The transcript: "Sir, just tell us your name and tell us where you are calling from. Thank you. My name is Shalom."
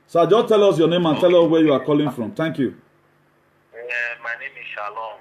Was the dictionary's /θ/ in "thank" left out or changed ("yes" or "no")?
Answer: yes